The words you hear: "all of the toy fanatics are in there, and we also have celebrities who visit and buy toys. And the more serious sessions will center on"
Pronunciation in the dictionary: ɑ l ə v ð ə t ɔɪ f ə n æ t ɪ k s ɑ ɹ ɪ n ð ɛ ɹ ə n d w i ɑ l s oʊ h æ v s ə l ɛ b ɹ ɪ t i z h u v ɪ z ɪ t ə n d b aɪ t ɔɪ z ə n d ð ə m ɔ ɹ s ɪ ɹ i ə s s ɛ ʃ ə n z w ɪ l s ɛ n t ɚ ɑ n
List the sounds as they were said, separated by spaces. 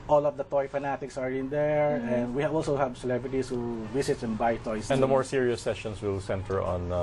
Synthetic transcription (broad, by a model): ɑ l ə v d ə t ɔɪ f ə n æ t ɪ k s ɑ ɹ ɪ n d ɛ ɹ ə n d w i ɑ l s oʊ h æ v s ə l ɛ b ɹ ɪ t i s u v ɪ s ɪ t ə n b aɪ t ɔɪ s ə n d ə m ɔ ɹ s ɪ ɹ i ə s s ɛ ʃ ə n s w ɪ l s ɛ n t ɚ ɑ n